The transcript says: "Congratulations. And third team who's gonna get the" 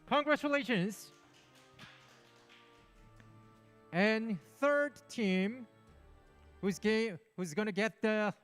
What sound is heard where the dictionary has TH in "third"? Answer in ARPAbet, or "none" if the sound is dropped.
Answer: TH